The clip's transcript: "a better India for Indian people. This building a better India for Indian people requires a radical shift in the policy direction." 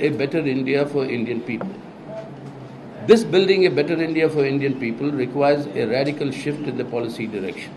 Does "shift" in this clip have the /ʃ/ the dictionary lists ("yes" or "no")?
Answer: yes